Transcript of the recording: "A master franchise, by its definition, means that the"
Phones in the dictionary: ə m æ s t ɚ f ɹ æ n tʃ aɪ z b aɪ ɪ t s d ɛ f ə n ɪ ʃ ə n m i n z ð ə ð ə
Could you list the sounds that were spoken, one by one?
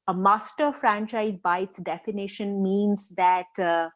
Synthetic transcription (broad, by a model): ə m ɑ s t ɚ f ɹ æ n tʃ aɪ z b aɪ ɪ t s d ɛ f ə n ɪ ʃ ə n m i n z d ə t